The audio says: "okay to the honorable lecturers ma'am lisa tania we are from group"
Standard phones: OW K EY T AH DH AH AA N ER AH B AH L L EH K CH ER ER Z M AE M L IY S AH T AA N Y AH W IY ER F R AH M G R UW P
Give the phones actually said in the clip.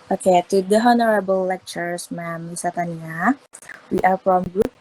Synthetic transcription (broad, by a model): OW K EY T AH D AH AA N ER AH B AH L L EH K CH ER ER S M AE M W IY S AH T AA N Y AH W IY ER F R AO M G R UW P